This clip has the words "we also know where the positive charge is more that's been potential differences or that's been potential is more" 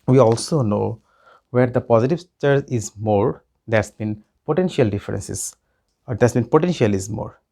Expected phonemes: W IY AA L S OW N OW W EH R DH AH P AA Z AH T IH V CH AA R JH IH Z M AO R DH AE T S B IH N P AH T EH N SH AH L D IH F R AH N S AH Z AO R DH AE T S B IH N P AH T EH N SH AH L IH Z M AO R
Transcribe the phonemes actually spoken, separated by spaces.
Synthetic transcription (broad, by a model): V IY AA L S OW N OW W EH R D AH P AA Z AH T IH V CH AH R IH Z M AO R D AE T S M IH N P AH T EH N SH AH L D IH F R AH N S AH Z AO R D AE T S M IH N P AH T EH N SH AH L IH Z M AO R